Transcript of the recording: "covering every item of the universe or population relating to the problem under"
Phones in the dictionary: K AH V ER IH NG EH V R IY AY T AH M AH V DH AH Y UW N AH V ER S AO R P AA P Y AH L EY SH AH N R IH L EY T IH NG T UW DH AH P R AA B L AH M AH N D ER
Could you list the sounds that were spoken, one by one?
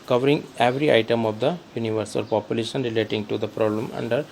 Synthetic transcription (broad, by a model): K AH V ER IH NG EH V R IY AY T AH M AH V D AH Y UW N AH V ER S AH L P AA P Y AH L EY SH AH N R IH L EY T IH NG T UW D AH P R AA B L AH M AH N D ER